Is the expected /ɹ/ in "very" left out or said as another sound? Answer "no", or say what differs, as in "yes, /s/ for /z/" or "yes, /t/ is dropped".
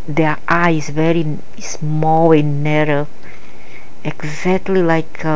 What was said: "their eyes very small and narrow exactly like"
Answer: no